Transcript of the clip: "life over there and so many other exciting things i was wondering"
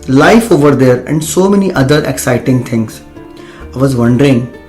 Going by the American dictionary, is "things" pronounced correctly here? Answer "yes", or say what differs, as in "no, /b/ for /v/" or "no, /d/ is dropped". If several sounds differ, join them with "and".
no, /t/ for /θ/